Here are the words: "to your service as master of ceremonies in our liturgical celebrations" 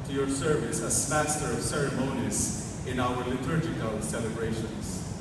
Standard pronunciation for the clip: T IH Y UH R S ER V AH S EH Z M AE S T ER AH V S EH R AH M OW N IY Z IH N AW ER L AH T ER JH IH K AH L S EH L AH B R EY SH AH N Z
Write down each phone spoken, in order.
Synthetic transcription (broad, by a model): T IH Y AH R S ER V AH S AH S M AE S T ER AH V S EH R AH M OW N IY Z IH N AW ER L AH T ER CH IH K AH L S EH L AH B R EY SH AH N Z